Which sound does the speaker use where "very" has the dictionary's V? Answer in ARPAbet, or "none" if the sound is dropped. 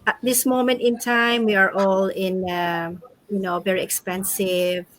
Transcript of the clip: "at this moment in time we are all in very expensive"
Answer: V